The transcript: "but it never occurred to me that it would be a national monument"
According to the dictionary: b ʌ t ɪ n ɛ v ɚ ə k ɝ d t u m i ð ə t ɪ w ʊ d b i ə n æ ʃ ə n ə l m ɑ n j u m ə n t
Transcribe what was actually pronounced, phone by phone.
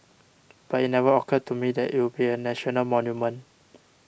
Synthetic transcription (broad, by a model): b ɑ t ɪ n ɛ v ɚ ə k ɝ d t u m i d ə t ɪ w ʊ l b i ə n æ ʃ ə n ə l m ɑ n j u m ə n